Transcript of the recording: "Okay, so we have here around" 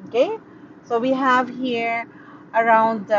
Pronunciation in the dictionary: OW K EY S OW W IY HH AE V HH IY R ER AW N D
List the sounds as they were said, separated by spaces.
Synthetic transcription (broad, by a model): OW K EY S OW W IY HH AE V HH IY R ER AW N D